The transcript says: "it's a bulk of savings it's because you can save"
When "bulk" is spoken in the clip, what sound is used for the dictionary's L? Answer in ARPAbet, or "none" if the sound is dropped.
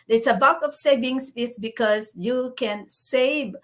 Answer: none